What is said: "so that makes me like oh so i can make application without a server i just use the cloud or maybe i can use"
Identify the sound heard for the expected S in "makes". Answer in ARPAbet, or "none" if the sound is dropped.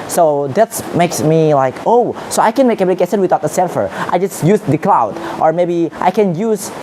S